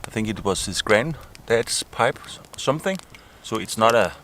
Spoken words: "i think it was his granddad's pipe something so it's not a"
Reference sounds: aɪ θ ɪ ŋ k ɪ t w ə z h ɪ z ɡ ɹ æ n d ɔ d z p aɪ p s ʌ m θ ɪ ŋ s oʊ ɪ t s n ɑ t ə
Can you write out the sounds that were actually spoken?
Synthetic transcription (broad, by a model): aɪ θ ɪ ŋ k ɪ t w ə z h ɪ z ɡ ɹ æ n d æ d s p aɪ p s ʌ m θ ɪ ŋ s oʊ ɪ t s n ɑ t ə